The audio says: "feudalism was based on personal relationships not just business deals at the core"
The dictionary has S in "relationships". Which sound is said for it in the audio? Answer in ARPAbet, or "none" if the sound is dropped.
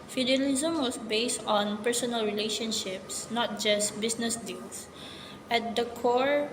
S